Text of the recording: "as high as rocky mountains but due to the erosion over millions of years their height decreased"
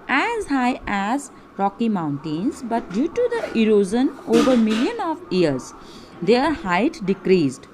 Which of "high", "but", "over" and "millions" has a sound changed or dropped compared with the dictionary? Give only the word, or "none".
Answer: millions